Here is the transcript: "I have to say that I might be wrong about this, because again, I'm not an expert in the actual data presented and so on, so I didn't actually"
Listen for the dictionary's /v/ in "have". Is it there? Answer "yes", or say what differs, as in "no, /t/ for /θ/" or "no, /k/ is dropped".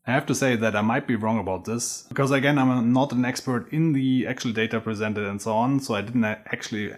no, /f/ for /v/